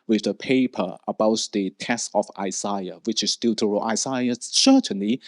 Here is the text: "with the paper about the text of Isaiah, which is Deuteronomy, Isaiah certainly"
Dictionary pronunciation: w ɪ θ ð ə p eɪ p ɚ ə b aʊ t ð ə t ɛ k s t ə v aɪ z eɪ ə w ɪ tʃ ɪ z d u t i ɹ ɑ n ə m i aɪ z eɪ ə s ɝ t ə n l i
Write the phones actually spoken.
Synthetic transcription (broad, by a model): w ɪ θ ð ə p eɪ p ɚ ə b aʊ t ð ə t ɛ s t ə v aɪ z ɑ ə w ɪ tʃ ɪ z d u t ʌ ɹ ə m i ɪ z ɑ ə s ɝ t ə n l i